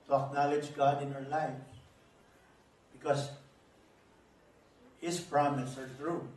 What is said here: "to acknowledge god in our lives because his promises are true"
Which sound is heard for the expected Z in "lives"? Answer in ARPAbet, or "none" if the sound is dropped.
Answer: none